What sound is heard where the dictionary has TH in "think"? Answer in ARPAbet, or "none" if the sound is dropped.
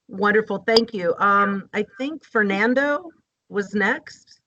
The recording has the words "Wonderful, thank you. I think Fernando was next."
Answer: TH